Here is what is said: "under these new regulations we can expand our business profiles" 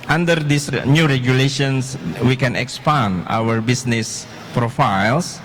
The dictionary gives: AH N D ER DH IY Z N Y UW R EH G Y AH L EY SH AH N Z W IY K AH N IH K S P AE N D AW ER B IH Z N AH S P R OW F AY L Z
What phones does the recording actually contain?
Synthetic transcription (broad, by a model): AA N D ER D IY S N Y UW R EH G Y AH L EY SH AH N S W IY K AH N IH K S P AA N AW ER B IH S N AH S P R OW F AY L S